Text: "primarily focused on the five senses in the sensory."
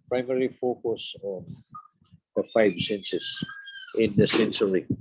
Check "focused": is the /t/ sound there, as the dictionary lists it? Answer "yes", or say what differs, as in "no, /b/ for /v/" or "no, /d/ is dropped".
no, /t/ is dropped